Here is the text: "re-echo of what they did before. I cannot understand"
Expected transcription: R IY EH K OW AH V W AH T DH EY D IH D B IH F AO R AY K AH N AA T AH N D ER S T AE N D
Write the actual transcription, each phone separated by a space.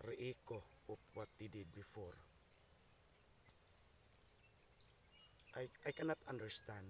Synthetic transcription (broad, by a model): R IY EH K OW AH P W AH T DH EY D IH D B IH F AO R AY K AH N AA T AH N D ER S T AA N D